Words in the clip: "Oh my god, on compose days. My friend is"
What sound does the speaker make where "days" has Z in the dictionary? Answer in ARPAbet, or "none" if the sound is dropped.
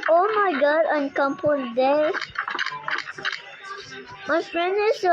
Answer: none